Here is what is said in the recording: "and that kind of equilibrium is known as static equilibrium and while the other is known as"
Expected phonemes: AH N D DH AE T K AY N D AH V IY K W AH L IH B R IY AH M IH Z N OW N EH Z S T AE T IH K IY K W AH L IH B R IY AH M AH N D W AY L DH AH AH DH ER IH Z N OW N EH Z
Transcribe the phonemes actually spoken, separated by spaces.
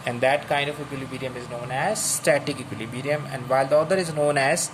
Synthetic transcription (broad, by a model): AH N D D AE T K AY N D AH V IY K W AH L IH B R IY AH M IH Z N OW N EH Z S T AE T IH K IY K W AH L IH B R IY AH M AH N D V AY L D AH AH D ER IH Z N OW N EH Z